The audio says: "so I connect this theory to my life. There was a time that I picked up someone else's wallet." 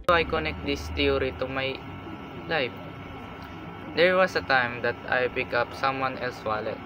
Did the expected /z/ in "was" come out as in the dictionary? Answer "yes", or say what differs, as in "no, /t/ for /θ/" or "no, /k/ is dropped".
no, /s/ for /z/